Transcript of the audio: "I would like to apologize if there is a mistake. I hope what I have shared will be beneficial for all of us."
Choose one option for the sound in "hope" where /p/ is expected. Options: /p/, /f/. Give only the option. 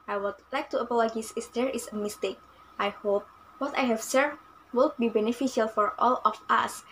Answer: /p/